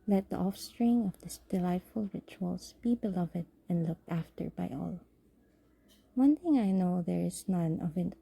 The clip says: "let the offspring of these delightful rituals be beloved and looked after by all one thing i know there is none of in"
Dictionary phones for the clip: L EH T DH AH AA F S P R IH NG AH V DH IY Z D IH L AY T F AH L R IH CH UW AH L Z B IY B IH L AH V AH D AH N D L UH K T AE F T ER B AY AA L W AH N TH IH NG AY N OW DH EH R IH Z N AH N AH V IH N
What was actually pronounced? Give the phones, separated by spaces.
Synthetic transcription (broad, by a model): L EH T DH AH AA F S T R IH NG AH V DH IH S D IH L AY T F AH L R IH CH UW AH L S B IY B IH L AH V AH D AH N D L UH K T AE F T ER B AY AA L W AH N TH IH NG AY N OW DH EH R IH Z N AH N AH V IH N